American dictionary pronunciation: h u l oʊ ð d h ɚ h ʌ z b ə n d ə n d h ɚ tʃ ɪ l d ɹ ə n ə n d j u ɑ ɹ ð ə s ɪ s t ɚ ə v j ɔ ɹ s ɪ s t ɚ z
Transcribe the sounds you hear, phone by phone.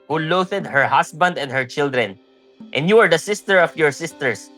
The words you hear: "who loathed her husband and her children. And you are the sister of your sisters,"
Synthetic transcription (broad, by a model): h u l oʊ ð d h ɚ h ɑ s b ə n d ə n d h ɚ tʃ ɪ l d ɹ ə n ə n d j u ɑ ɹ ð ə s ɪ s t ɚ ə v j ɔ ɹ s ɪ s t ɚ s